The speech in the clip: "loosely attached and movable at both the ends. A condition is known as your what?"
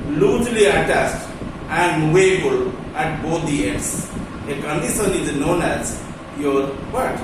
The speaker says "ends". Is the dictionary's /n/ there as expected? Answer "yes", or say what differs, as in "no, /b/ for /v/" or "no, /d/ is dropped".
no, /n/ is dropped